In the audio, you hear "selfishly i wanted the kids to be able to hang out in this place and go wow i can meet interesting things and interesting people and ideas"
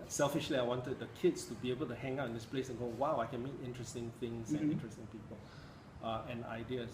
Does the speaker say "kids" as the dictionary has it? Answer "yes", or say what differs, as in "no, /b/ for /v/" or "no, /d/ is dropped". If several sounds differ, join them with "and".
no, /s/ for /z/